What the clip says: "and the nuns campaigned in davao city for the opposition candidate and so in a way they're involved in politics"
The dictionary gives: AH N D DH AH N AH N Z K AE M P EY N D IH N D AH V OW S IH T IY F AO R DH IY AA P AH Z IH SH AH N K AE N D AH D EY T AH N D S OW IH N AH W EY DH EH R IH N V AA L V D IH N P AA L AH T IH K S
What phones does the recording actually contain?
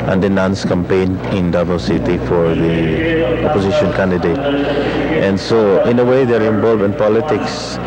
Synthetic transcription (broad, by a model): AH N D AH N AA N S K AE M P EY N IH N D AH B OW S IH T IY F AO R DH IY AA P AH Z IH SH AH N K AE N D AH D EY T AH N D S OW IH N AH W EY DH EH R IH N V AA L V IH N P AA L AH T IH K S